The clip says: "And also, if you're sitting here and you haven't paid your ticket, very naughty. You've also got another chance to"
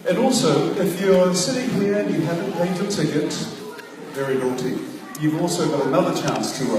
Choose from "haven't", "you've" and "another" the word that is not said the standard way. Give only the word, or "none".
none